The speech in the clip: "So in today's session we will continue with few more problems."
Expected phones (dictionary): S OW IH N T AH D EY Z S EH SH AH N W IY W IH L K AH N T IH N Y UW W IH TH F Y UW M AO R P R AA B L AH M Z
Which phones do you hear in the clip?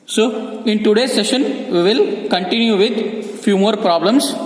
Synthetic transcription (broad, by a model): S OW IH N T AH D EY S EH SH AH N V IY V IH L K AH N T IH N Y UW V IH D F Y UW M AO R P R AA B L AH M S